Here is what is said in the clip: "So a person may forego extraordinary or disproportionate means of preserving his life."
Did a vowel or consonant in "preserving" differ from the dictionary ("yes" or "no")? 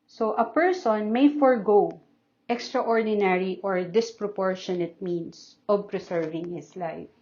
yes